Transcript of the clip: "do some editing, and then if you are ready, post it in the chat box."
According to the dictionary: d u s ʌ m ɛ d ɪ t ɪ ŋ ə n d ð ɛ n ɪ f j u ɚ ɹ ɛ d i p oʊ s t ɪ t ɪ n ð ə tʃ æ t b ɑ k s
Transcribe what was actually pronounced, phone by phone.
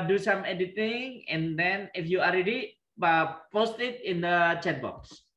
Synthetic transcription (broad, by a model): d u s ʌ m ɛ d ɪ t ɪ ŋ ə n d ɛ n ɪ f j u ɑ ɹ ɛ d i p oʊ s t ɪ t ɪ n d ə tʃ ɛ t b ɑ k s